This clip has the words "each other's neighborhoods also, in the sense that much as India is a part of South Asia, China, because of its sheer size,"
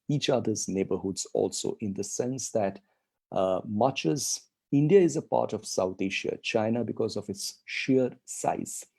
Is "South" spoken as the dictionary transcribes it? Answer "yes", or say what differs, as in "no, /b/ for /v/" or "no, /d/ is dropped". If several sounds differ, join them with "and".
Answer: no, /t/ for /θ/